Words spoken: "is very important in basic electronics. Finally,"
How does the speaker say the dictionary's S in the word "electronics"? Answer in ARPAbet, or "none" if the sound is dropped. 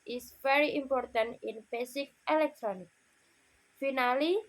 none